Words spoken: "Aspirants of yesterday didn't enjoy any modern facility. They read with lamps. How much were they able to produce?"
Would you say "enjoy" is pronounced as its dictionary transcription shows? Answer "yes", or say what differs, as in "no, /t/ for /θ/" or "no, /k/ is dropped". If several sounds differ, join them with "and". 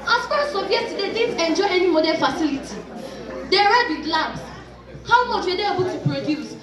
yes